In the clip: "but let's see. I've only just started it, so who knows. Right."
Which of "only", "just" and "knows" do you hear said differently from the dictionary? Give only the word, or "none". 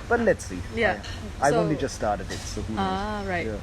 knows